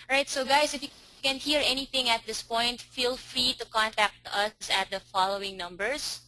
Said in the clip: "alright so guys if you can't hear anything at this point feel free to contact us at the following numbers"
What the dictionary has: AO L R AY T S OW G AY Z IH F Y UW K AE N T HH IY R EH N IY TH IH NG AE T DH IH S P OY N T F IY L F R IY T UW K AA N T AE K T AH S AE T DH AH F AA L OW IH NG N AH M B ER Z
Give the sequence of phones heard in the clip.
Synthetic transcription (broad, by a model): R AY T S OW G AY S IH F Y UW K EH N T HH IY R EH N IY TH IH NG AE T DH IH S P OY N T F IY L F R IY T UW K AA N T AE K T AH S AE T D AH F AA L OW IH NG N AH M B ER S